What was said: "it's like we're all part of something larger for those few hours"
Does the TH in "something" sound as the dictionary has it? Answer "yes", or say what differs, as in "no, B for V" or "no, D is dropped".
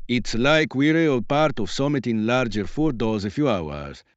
no, T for TH